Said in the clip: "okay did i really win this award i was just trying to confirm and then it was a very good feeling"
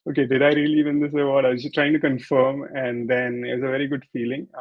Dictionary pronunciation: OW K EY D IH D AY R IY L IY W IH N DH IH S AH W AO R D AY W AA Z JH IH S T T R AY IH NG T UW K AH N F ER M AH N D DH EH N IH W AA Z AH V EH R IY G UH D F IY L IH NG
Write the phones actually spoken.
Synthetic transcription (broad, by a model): OW K EY D IH D AY R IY L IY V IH N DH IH S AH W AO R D AY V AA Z SH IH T T R AY IH NG T UW K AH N F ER M AH N D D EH N IH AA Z AH V EH R IY G UH D F IY L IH NG